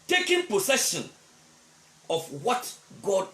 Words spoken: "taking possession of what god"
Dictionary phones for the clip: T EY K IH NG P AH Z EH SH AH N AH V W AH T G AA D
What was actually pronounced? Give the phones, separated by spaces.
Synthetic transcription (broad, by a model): T EY K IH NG P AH S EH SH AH N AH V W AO T G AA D